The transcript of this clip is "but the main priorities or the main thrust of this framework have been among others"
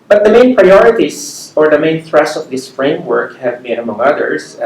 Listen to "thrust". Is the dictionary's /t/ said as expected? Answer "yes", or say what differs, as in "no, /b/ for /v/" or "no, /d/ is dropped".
no, /t/ is dropped